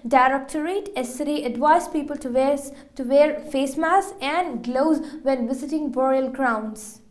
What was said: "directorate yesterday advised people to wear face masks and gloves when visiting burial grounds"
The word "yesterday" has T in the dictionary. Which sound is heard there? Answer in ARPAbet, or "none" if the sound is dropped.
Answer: S